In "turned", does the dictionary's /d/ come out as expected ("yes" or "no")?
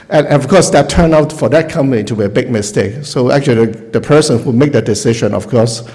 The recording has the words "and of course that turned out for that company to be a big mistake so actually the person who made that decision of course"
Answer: no